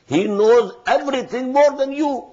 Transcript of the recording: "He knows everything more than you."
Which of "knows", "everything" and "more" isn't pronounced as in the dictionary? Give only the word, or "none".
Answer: everything